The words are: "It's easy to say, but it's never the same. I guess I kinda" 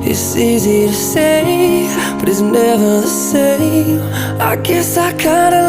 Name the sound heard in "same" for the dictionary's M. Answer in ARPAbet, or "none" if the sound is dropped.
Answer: none